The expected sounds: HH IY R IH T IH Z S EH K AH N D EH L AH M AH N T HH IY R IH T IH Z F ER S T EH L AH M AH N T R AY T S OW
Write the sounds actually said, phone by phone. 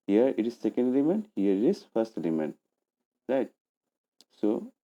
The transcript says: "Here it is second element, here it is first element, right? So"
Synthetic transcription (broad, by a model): HH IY R IH T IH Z S EH K AH N D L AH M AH N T HH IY R IH T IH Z F ER S T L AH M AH N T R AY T S OW